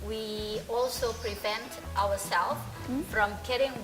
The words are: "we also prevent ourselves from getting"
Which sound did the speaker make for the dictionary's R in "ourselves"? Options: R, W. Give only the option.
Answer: W